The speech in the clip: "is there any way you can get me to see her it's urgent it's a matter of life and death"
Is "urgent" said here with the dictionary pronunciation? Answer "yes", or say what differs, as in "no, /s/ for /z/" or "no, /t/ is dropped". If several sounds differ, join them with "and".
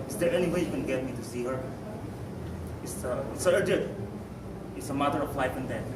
no, /n/ is dropped